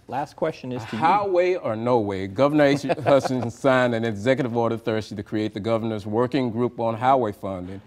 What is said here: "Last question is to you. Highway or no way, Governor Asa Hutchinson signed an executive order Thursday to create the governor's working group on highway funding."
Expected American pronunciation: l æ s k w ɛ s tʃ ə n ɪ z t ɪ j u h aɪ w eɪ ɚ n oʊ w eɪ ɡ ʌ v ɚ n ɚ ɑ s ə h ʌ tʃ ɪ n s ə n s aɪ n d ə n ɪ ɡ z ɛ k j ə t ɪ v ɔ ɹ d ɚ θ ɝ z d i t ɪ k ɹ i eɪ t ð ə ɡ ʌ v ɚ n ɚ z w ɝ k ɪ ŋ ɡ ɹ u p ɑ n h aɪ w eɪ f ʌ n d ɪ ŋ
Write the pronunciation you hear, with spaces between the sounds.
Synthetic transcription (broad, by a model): l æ s k w ɛ s tʃ ə n ɪ z t ɪ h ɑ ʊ w eɪ ɚ n oʊ w eɪ ɡ ʌ v ɚ n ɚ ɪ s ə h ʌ s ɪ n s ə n s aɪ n ə n ɪ ɡ z ɛ k j ə t ɪ v ɔ ɹ d ɚ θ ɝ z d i t ɪ k ɹ i eɪ t ð ə ɡ ʌ v ɚ n ɚ z w ɝ k ɪ ŋ ɡ ɹ u p n h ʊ w eɪ f ʌ n d ɪ ŋ